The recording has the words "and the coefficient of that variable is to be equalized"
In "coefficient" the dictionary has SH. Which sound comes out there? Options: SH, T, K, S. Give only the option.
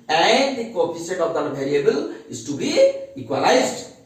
S